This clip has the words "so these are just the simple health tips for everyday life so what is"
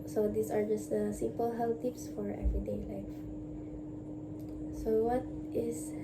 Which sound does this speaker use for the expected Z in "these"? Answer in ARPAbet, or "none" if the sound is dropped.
S